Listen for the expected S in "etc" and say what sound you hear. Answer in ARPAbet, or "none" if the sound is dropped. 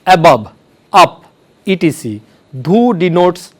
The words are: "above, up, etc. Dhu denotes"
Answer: none